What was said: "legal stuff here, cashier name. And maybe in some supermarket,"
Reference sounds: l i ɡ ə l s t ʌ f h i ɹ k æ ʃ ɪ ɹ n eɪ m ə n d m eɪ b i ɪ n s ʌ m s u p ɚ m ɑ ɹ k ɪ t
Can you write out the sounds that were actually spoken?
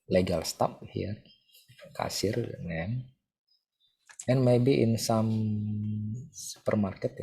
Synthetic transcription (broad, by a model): l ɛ ɡ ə l s t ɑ p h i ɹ k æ s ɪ ɹ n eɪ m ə n m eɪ b i ɪ n s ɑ m s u p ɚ m ɑ ɹ k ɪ t